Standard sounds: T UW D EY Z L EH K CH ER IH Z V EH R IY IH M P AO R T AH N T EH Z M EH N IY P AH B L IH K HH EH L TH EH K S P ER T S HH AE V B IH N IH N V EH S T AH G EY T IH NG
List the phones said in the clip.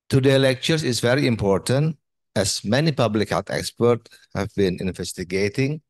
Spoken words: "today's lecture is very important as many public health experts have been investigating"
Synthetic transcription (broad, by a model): T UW D EY L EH K CH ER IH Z V EH R IY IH M P AO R T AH N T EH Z M EH N IY P AH B L IH K HH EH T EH K S P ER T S HH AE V B IH N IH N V EH S T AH G EY T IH NG